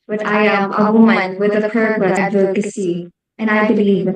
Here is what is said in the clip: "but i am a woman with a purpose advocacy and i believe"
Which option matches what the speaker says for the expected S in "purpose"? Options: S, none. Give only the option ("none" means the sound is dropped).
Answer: none